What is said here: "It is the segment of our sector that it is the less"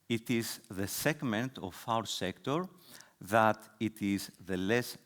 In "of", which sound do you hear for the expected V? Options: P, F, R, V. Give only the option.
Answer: F